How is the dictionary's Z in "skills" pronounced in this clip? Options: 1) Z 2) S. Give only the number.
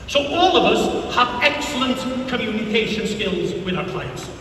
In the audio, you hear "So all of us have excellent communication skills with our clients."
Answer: 1